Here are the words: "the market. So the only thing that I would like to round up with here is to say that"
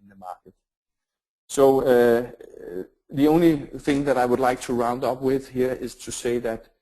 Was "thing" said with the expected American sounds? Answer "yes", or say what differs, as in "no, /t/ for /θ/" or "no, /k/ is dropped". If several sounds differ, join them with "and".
yes